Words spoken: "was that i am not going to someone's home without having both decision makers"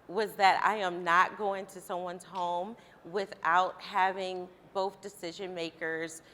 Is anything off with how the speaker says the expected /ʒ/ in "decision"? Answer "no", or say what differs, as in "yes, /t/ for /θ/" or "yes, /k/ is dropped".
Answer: no